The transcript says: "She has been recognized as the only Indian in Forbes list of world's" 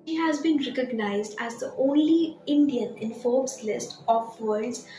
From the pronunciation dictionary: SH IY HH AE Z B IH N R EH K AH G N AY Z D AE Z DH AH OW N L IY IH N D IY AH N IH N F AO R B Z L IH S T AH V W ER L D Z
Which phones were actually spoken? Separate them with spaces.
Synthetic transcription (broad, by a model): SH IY HH AE Z B IH N R EH K AH G N AY Z D AE Z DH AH OW N L IY IH N D IY AH N IH N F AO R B S L IH S T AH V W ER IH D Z